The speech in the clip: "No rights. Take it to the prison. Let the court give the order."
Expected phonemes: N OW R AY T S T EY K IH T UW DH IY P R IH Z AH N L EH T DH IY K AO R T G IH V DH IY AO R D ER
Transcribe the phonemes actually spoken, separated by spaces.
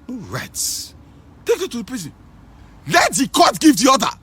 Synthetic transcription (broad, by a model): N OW R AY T T EY K IH T UW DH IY P R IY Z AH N L EH T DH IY K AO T G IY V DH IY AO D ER